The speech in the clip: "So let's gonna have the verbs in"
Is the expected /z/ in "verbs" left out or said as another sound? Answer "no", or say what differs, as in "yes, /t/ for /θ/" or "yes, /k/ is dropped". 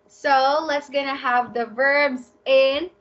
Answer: no